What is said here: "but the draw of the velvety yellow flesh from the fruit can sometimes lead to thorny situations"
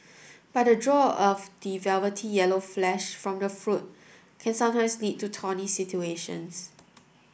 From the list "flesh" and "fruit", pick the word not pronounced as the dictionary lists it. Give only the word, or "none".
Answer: none